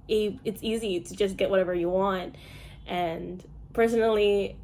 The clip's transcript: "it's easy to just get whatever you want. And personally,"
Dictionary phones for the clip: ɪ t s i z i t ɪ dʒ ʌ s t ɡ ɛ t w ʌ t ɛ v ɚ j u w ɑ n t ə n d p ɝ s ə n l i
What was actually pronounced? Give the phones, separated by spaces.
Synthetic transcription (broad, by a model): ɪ t s i z i t ɪ dʒ ʌ s ɡ ɛ t w ʌ t ɛ v ɚ j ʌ w ɑ n t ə n p ɝ s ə n l i